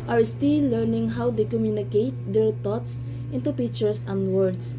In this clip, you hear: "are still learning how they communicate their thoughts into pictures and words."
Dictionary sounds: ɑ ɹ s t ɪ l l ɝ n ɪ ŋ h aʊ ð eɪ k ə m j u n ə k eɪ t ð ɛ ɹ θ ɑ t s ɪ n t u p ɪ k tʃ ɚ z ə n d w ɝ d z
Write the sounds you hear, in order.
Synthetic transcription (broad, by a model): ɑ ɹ s t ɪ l l ɝ n ɪ ŋ h aʊ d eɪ k ə m j u n ə k eɪ t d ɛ ɹ t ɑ t s ɪ n t u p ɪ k tʃ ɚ s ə n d w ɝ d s